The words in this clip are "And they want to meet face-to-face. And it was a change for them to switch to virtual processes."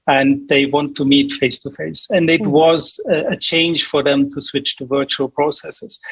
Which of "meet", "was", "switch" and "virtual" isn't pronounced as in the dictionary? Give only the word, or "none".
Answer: none